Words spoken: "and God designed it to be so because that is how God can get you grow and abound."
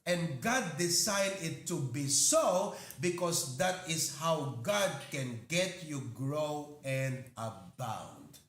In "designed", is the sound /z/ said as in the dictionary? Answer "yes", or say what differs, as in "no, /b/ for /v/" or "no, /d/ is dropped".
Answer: no, /s/ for /z/